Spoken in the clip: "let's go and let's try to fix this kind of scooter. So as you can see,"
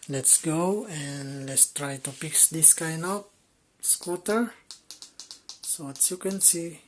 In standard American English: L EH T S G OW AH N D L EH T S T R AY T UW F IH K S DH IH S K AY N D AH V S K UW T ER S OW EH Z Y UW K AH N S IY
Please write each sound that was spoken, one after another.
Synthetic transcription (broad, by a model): L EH T S G OW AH N L EH T S T R AY T UW P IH K S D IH S K AY N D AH P S K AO T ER S OW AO S Y UW K AH N S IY